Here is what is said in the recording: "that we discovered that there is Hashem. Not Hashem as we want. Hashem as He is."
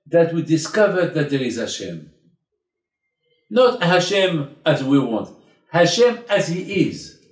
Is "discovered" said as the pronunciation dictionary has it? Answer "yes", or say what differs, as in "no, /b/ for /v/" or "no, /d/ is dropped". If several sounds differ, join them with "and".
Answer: yes